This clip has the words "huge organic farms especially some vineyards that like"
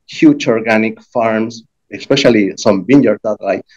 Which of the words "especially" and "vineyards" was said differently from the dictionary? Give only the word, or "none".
vineyards